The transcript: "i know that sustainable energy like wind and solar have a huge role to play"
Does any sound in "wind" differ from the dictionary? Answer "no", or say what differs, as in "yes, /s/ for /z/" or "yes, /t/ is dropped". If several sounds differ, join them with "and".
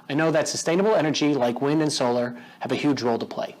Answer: no